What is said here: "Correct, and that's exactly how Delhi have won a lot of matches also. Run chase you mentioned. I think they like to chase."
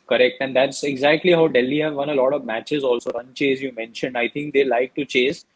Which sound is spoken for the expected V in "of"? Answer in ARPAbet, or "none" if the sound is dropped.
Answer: V